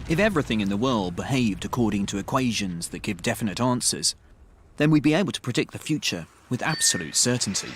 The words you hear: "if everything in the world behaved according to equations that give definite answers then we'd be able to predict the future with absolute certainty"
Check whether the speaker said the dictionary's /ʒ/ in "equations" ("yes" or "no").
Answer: yes